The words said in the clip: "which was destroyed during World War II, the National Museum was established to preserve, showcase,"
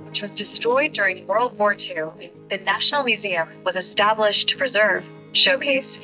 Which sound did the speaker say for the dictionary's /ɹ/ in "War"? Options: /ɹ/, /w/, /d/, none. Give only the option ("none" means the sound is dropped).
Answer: /ɹ/